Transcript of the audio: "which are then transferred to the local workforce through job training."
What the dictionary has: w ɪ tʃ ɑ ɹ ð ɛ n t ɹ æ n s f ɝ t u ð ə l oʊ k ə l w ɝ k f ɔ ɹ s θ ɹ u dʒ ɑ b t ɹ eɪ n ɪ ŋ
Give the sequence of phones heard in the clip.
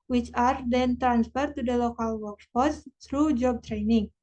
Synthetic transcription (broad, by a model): w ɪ tʃ ɑ ɹ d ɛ n t ɹ æ n s f ɝ t u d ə l oʊ k ə l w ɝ k p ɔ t s t ɹ u dʒ ɑ b t ɹ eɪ n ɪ ŋ